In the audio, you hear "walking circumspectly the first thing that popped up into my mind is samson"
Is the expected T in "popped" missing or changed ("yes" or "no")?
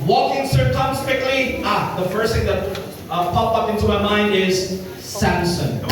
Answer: yes